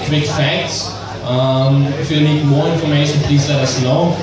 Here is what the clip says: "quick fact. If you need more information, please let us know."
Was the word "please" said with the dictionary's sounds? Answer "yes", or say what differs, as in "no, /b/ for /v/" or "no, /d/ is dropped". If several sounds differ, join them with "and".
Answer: no, /s/ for /z/